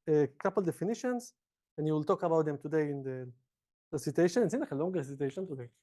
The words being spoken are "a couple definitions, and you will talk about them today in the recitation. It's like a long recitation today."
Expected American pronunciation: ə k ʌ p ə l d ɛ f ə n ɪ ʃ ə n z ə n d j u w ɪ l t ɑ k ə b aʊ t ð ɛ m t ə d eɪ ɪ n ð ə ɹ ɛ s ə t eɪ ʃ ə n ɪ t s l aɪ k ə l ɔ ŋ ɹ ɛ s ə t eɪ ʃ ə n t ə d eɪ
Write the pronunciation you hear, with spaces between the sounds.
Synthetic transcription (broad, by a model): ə k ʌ p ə l d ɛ f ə n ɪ ʃ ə n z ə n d j u w ɪ l t ɑ k ə b aʊ t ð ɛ m t ə d eɪ ɪ n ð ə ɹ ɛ s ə t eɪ ʃ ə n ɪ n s n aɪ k ə l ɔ ŋ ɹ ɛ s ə t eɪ ʃ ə n t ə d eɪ